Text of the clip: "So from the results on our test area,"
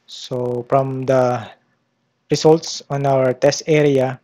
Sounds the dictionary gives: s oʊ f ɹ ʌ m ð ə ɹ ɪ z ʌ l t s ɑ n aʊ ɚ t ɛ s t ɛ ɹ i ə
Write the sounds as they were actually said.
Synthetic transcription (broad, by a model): s oʊ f ɹ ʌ m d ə ɹ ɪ s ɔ l t s ɑ n aʊ ɚ t ɛ s t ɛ ɹ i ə